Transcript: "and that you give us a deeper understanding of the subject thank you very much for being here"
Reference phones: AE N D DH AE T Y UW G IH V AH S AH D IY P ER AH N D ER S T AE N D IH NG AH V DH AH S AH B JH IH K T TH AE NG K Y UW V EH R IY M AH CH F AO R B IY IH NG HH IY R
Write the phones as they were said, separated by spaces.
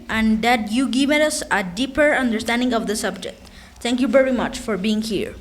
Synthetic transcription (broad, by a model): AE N D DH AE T Y UW G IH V AH S AH D IY P ER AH N D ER S T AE N D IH NG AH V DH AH S AH B JH IH K T T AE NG K Y UW V EH R IY M AH CH F AO R B IY IH NG HH IY R